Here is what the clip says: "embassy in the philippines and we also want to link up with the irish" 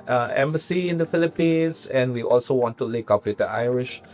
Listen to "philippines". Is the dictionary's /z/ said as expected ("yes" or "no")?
no